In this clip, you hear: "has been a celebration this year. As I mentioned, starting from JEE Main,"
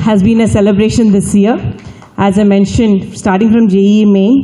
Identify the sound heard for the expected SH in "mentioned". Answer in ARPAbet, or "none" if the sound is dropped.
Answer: SH